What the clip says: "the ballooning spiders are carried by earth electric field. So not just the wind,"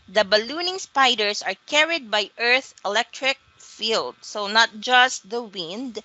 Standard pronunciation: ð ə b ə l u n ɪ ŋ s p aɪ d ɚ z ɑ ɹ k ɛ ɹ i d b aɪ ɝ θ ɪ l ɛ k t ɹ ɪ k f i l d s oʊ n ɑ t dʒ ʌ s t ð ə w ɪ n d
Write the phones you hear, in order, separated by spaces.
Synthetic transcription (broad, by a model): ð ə b ə l u n ɪ ŋ s p aɪ d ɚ s ɑ ɹ k ɛ ɹ i d b aɪ ɝ θ ɪ l ɛ k t ɹ ɪ k f i l d s oʊ n ɑ t dʒ ʌ s t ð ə w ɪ n d